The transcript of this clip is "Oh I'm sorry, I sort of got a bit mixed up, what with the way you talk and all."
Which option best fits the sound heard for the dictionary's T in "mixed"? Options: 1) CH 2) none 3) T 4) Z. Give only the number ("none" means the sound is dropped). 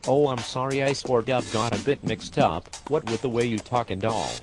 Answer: 3